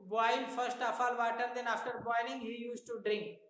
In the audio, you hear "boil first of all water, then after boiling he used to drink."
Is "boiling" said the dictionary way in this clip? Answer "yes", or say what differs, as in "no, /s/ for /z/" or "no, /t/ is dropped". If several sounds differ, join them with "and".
no, /n/ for /l/